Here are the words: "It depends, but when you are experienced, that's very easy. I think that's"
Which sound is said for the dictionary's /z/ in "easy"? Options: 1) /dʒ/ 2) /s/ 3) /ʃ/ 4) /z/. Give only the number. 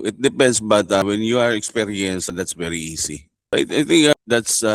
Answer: 2